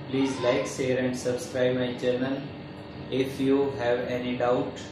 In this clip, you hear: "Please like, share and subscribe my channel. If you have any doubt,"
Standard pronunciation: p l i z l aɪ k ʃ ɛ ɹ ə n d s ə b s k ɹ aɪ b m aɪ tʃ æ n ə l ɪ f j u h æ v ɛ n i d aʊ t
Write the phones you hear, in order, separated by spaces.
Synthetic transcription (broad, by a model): p l i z l aɪ k s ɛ ɹ ə n d s ə b s k ɹ aɪ b m aɪ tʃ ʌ n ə l ɪ f j u h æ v ɛ n i d aʊ t